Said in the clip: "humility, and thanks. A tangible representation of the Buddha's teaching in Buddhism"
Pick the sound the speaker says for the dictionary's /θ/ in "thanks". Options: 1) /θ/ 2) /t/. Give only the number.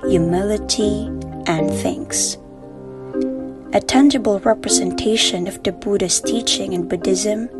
1